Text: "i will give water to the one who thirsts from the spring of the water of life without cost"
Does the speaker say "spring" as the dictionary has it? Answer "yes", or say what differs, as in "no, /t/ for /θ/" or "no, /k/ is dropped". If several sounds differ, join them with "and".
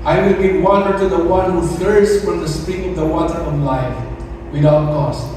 no, /ɹ/ is dropped